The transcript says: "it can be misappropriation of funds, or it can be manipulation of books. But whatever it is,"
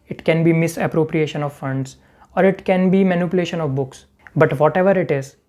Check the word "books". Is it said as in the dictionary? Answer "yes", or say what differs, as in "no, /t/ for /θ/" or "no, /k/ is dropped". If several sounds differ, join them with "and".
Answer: yes